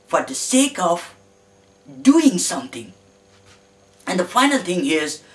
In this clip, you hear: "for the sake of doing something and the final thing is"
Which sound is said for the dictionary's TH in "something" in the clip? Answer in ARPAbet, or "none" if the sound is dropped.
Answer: T